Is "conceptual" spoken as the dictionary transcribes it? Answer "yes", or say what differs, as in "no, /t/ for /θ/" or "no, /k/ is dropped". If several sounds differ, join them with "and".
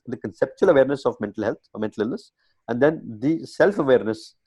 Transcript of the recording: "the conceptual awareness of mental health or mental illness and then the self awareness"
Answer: yes